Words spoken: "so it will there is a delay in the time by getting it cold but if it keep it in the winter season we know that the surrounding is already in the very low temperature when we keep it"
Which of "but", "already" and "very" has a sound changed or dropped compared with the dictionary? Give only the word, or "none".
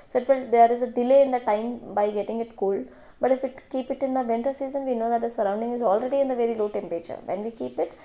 none